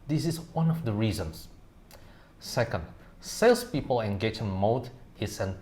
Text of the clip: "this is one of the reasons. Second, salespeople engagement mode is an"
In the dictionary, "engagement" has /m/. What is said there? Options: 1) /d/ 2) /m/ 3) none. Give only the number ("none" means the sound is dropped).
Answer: 3